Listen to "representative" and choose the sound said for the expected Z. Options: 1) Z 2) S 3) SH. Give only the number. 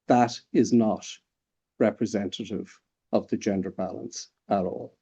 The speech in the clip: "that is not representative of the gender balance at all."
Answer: 1